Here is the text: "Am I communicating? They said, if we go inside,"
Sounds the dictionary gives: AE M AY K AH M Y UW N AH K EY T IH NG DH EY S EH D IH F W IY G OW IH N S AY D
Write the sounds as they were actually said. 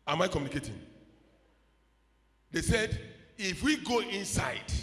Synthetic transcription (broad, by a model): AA M AY K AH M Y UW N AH K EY T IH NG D EY S EH D IH F W IY G OW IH N S AY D